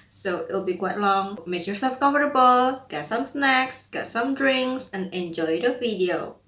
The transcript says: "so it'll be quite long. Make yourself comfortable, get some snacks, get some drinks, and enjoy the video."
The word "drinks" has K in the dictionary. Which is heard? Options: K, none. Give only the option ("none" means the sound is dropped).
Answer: K